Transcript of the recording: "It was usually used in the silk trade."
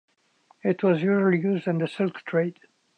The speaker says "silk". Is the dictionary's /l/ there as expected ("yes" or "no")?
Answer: yes